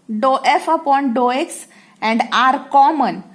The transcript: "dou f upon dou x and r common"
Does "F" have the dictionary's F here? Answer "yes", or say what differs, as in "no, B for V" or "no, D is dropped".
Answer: yes